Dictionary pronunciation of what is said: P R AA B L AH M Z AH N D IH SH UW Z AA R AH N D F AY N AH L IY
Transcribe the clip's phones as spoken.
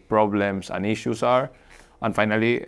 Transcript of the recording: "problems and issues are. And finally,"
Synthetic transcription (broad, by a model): P R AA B L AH M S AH N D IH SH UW S AA R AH N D F AY N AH L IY